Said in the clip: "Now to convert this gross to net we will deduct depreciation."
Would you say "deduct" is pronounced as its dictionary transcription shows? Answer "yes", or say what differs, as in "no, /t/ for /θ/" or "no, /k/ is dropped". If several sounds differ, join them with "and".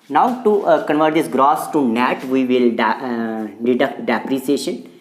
yes